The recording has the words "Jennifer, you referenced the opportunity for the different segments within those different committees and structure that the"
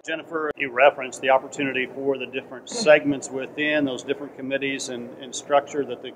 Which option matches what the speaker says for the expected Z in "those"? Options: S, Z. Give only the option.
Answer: Z